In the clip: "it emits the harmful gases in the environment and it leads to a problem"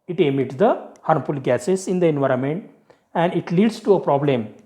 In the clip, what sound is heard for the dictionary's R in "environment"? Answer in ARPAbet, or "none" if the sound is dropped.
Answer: R